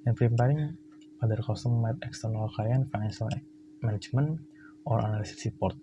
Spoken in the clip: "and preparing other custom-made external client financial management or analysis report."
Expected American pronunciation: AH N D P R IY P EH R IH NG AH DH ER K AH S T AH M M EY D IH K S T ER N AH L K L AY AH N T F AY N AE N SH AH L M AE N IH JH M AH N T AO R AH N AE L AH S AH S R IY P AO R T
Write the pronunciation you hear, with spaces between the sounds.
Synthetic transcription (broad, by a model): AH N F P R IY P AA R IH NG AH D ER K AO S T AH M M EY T IH K S T ER N AH L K AY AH N F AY N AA N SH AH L M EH N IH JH M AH N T AO R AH N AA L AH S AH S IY P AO R T